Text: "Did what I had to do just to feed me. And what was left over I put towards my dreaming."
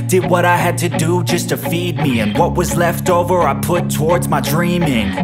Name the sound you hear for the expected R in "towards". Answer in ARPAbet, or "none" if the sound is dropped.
R